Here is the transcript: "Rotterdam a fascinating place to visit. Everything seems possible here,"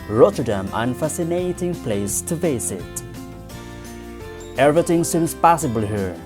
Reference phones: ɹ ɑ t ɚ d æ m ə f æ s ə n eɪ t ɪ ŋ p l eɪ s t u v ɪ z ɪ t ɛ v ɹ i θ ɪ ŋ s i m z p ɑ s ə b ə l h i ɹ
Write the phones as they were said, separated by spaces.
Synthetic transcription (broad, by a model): ɹ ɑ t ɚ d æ m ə f æ s ə n eɪ t ɪ ŋ p l eɪ s t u f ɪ s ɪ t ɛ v ɹ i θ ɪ ŋ s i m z p ɑ s ə b ə l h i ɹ